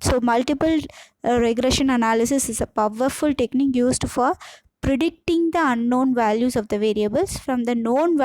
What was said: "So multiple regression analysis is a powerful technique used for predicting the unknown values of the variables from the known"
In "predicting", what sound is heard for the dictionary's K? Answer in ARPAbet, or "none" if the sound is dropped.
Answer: K